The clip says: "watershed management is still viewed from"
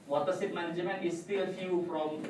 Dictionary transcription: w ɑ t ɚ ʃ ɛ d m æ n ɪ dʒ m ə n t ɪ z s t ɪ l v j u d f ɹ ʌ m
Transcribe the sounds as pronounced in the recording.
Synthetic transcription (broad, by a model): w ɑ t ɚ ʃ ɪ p m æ n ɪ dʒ m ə n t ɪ s t ɪ l f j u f ɹ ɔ m